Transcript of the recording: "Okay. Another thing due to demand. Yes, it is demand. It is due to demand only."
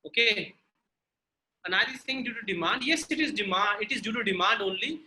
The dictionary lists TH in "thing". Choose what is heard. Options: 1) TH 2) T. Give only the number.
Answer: 2